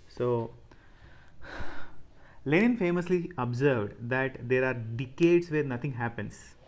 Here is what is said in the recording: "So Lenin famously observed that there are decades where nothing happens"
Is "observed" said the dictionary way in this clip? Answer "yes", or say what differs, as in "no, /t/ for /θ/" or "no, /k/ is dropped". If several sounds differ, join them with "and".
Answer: yes